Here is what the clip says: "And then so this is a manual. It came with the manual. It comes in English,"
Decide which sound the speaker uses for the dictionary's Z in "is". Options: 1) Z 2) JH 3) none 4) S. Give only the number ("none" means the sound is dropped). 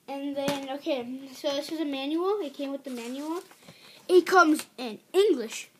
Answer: 1